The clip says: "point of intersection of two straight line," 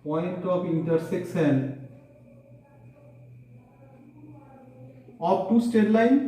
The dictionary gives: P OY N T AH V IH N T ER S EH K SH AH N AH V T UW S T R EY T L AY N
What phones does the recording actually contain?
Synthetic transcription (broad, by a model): P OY N T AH P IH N T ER S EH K S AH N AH P T UW S T EY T L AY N